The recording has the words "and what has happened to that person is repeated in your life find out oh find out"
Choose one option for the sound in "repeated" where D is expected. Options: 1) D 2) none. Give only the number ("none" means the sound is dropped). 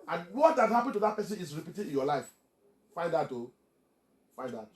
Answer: 2